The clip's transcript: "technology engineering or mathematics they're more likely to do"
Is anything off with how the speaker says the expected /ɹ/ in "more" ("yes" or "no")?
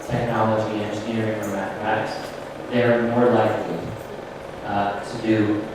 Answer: no